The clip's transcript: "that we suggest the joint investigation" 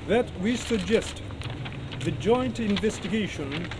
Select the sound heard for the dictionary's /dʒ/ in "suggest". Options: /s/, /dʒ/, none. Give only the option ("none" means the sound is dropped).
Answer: /dʒ/